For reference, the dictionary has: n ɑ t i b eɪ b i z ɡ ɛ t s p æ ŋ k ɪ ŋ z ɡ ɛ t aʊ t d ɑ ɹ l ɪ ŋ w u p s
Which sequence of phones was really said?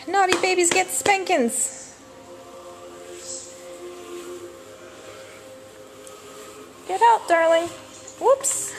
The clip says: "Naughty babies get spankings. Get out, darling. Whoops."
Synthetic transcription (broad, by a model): n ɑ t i b eɪ b i z ɡ ɛ t s p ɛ ŋ k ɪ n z ɡ ɛ t aʊ t d ɑ ɹ l ɪ ŋ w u p s